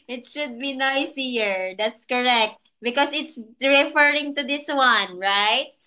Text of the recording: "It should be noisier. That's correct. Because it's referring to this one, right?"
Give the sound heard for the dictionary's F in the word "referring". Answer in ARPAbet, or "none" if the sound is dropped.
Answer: F